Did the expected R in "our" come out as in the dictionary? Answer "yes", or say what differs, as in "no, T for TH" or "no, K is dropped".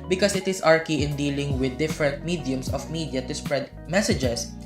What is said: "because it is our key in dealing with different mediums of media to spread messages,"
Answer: yes